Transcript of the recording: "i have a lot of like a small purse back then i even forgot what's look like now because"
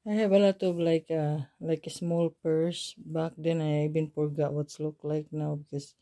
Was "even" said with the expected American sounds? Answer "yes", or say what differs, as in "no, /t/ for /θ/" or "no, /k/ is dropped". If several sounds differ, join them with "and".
no, /b/ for /v/